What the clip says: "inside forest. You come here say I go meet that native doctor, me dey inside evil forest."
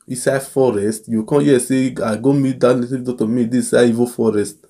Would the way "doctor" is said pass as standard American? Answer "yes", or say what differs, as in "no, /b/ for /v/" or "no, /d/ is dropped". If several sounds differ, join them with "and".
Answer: no, /k/ is dropped